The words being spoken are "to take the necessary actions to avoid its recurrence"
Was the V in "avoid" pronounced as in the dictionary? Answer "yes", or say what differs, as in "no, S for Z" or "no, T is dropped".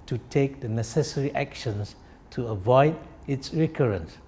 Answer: yes